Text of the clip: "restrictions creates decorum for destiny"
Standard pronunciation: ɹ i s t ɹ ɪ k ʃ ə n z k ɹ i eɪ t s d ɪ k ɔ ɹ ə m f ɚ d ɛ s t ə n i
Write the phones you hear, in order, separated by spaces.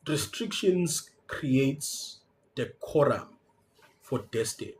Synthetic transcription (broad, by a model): ɹ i s t ɹ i k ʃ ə n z k ɹ i eɪ t s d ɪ k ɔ ɹ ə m f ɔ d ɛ s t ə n